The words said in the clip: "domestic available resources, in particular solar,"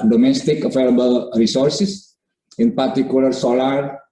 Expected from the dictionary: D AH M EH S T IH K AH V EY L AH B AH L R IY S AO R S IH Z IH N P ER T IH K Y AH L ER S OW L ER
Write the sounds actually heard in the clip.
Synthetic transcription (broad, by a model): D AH M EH S T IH K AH F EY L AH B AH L R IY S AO R S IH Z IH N P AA T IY K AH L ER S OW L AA